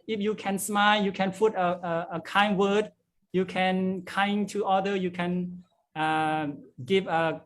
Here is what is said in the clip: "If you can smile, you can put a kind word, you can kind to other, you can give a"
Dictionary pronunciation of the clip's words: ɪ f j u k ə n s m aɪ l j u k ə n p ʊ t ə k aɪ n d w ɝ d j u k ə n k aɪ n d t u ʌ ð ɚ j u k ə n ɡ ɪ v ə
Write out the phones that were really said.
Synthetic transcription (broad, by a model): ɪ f j u k ə n s m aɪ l j u k ə n f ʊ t ə k aɪ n w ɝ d j u k ə n k aɪ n t u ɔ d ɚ j u k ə n ɡ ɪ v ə